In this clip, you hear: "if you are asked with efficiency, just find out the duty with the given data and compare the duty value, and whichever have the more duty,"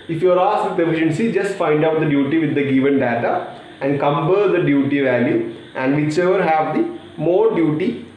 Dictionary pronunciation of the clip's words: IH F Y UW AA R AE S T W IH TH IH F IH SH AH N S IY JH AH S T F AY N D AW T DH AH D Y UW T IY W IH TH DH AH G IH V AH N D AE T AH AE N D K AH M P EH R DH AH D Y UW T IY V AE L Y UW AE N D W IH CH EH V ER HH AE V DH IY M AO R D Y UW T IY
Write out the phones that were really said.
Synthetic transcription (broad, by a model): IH F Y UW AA R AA S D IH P IH F IH SH AH N S IY JH AH S T F AY N D AW T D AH D Y UW T IY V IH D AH G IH V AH N D AE T AH AE N D K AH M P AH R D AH D Y UW T IY V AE L Y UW AE N D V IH CH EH V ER HH AE V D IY M AO R D Y UW T IY